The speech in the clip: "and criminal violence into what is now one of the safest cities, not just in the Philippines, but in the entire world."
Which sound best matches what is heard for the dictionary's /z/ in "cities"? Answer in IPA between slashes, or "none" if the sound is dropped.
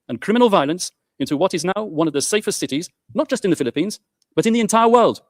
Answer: /z/